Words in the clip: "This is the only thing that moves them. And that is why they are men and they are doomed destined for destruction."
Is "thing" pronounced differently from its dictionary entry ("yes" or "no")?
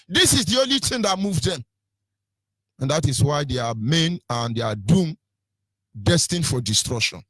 yes